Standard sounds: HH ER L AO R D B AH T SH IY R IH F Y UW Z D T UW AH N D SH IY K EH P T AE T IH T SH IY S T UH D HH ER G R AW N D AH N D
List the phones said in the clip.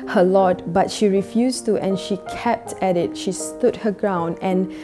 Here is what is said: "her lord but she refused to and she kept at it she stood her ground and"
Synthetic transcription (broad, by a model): HH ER L AO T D B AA T SH IY R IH F Y UW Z T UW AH N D SH IY K EH P T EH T IH T SH IY S T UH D HH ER G R AW N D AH N